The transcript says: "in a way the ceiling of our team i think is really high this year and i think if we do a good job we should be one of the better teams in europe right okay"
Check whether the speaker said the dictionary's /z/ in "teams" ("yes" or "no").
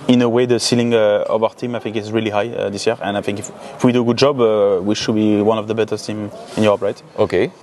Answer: no